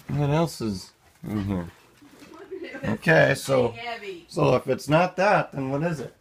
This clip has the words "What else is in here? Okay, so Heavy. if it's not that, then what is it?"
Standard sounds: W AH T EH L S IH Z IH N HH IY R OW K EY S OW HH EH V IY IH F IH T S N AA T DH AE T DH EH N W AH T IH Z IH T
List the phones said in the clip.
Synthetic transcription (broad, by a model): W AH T EH L S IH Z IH HH IY R OW K EY S OW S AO IY IH F IH T S N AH T DH AE T DH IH N W AH T IH Z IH T